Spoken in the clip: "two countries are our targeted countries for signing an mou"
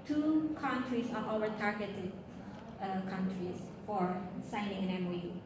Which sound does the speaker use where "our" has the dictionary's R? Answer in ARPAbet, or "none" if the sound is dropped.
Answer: L